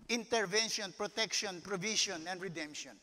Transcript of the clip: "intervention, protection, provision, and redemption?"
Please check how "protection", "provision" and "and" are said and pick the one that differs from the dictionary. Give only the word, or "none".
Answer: provision